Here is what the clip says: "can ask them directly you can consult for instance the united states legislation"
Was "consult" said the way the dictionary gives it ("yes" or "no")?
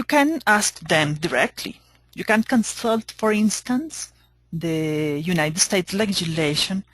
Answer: yes